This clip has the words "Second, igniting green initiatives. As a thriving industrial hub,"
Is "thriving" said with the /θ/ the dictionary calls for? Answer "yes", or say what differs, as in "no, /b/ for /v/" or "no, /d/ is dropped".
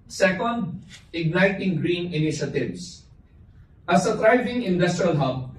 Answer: no, /t/ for /θ/